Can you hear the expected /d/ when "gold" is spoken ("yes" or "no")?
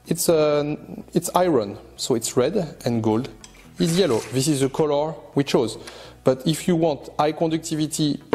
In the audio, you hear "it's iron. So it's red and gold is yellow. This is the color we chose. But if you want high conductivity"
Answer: yes